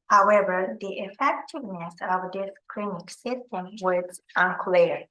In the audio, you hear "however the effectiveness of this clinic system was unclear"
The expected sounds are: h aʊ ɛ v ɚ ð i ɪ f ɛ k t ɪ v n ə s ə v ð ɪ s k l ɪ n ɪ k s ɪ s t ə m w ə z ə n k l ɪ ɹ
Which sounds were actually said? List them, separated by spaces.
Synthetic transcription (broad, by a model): h aʊ ɛ v ɚ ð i ɪ f ɛ k t ɪ v n ə s ə v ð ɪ s k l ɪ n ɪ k s ɪ s t ə m w ə z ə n k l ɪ ɹ